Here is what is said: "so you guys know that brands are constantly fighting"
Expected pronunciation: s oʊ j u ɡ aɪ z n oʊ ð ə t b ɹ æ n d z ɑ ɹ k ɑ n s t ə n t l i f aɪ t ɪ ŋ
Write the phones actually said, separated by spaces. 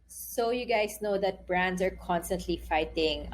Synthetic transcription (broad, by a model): s oʊ j u ɡ aɪ s n oʊ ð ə t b ɹ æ n d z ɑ ɹ k ɑ n s t ə n t l i f aɪ t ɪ ŋ